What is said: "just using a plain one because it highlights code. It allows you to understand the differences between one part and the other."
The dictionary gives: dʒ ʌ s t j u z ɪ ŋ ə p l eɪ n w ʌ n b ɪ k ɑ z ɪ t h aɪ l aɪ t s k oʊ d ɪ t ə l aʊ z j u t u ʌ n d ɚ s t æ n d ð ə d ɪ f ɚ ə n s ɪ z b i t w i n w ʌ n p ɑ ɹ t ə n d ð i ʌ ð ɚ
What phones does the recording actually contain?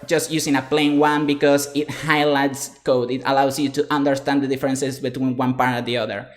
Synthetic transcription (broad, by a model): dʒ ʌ s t j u s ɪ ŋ ə p l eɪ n w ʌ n b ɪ k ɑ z ɪ t h aɪ l aɪ t s k oʊ d ɪ t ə l aʊ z j u t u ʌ n d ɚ s t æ n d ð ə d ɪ f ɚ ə n s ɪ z b i t w i n w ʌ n p ɑ ɹ t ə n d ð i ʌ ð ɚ